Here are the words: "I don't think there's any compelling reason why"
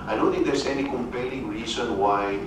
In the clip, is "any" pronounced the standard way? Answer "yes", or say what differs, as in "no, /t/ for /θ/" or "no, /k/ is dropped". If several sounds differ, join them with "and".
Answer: yes